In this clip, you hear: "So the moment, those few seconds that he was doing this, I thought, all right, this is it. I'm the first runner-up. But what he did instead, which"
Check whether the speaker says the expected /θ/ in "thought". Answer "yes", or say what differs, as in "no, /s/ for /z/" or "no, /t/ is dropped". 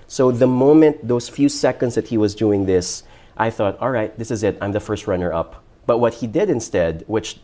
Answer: yes